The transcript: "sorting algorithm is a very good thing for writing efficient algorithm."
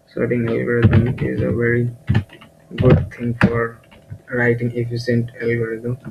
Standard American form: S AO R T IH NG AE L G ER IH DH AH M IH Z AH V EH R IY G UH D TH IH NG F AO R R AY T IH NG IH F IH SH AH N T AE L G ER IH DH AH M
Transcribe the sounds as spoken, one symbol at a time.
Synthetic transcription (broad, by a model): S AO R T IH NG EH L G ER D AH IH Z AH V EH R IY G UH D T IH NG F AO R R AY T IH NG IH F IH S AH N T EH L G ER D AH